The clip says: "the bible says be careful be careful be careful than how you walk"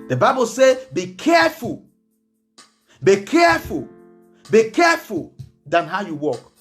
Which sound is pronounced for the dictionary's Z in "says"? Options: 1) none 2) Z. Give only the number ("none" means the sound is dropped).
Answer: 1